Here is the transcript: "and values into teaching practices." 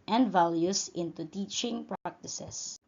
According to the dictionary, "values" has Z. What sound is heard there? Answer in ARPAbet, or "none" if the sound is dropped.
S